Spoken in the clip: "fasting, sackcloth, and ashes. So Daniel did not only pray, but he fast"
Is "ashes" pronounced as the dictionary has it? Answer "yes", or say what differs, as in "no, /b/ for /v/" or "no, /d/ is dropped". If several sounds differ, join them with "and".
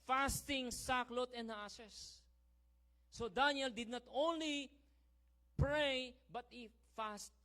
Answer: no, /s/ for /ʃ/